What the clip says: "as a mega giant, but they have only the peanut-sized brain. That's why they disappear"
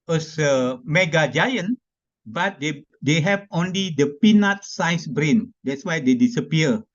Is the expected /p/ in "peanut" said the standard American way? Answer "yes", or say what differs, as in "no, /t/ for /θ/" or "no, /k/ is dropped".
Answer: yes